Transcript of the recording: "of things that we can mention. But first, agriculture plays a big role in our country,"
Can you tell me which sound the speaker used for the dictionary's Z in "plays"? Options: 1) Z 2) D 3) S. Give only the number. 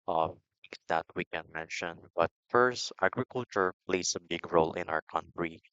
3